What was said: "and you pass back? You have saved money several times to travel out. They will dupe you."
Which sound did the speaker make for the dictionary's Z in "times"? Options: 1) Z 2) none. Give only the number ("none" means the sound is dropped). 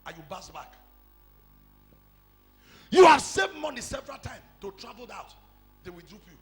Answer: 2